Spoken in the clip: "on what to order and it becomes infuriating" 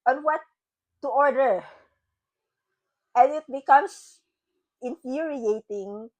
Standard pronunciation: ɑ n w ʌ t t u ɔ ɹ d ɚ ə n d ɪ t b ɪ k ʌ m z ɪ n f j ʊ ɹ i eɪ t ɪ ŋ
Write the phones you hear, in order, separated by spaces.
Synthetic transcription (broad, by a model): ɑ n w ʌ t t u ɔ ɹ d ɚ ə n ɪ t b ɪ k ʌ m s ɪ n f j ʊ ɹ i eɪ t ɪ ŋ